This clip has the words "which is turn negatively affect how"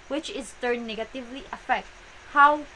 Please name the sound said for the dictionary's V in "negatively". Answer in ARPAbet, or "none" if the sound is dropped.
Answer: V